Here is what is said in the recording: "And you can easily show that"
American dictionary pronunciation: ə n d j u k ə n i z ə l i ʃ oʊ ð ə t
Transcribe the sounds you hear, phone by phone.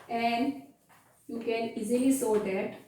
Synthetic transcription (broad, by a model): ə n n j u k ə n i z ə l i s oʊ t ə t